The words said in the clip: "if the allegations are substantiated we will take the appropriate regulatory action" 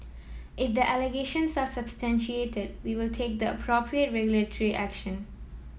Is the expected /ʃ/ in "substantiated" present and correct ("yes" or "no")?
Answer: yes